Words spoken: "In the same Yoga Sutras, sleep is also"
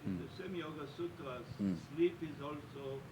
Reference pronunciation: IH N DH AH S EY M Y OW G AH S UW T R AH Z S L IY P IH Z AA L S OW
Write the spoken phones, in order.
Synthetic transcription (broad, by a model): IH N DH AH S EY M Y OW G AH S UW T AH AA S L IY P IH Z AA L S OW